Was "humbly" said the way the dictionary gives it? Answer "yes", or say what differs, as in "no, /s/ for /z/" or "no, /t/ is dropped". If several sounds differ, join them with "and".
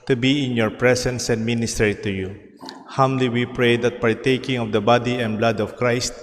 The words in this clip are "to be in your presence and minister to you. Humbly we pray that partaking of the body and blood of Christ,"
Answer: no, /b/ is dropped